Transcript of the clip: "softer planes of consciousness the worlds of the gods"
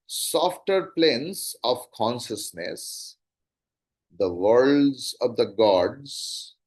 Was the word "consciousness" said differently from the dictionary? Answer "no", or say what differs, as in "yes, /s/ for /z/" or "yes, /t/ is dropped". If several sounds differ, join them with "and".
no